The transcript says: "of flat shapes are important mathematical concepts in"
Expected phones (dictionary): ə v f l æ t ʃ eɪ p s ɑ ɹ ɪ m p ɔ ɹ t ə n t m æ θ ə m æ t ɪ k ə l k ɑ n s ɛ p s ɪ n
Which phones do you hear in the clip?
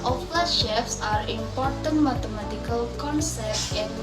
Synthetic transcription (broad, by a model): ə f l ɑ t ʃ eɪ f s ɑ ɹ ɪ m p ɔ ɹ t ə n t m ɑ t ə m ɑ t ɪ k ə l k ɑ n s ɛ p ɪ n